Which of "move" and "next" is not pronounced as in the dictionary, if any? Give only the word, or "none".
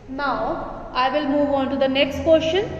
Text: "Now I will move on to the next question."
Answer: none